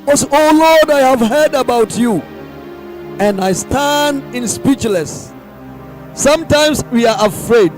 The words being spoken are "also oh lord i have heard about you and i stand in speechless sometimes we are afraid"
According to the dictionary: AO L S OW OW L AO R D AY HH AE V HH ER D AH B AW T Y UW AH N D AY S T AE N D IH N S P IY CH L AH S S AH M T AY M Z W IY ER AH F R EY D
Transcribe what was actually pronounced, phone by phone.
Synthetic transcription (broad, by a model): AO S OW OW L AO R D AY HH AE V HH ER D AH B AW T Y UW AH N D AY S T AE N D IH N S P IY CH L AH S S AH M T AY M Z W IY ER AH F R EY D